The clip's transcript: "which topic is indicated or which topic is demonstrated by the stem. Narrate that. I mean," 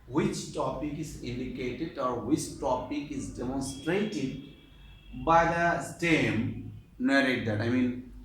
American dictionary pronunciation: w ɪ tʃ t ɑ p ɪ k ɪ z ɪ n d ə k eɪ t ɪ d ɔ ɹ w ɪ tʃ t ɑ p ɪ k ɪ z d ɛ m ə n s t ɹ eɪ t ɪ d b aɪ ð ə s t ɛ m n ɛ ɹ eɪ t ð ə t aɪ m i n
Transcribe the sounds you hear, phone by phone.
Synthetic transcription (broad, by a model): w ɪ tʃ t ɑ p ɪ k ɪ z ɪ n d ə k eɪ t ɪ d ɔ ɹ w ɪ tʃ t ɑ p ɪ k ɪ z d ɛ m ə n s t ɹ eɪ t ɪ d b aɪ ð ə s t ɛ m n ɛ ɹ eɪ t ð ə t aɪ m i n